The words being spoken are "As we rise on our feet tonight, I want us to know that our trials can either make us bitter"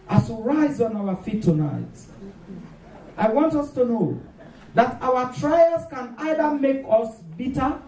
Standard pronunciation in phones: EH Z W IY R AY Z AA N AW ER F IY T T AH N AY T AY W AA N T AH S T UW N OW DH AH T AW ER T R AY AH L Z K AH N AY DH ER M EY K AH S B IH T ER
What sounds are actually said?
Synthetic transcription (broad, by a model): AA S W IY R AY Z AA N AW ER F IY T T AH N AY T AY W AA N T AH S T UW N OW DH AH T AW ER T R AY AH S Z K AH N AY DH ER M EY K AH S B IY T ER